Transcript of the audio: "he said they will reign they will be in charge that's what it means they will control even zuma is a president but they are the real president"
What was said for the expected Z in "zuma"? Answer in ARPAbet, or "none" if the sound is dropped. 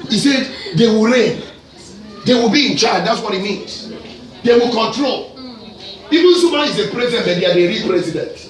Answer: S